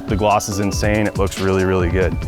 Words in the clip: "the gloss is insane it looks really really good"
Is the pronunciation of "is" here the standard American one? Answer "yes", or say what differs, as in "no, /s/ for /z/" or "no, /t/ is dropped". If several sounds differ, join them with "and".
yes